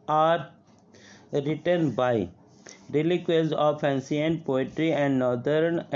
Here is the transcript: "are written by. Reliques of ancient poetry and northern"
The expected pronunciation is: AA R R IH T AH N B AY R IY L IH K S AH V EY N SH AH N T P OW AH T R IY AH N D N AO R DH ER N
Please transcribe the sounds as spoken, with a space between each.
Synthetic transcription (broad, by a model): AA R R IH T AH N B AY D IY L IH K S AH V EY N S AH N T P OW AH T R IY AH N D N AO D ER N